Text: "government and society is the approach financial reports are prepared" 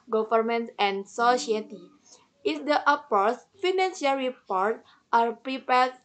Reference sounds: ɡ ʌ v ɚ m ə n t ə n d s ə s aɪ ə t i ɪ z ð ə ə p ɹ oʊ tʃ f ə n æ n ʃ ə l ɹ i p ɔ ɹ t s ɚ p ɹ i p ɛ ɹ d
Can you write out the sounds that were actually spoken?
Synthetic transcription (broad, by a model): ɡ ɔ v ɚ m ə n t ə n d s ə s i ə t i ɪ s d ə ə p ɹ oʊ s f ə n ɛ n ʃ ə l ɹ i p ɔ ɹ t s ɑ p ɹ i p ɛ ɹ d